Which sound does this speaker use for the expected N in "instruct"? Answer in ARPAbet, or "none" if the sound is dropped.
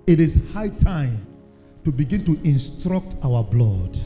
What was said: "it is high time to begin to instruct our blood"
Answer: N